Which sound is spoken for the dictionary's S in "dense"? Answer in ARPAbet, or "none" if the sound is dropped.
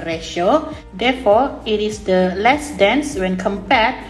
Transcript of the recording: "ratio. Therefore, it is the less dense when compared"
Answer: S